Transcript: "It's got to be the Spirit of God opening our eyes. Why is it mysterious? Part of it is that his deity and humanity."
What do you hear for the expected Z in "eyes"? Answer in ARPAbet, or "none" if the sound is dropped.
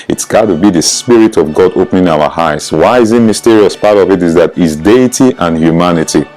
S